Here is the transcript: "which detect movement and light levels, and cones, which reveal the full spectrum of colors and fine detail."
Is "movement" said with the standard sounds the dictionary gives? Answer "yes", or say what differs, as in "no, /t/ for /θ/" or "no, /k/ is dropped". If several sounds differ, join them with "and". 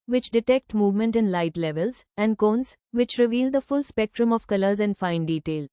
yes